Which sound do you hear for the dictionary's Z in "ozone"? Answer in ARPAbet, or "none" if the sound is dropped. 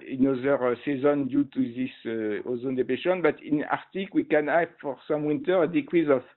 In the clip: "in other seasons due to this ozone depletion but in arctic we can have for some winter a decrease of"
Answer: Z